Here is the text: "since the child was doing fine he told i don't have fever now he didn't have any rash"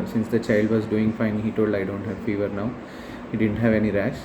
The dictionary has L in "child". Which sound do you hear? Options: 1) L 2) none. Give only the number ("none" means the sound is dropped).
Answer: 1